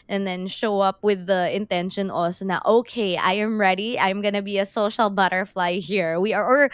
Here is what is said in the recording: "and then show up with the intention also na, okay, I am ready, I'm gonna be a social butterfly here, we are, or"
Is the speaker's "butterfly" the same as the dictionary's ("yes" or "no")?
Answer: yes